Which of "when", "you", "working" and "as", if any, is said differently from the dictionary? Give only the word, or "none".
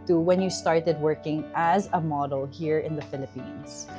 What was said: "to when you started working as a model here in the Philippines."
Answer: none